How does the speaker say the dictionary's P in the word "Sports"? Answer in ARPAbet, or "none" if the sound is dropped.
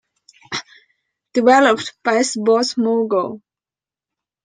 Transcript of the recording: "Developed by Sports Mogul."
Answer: B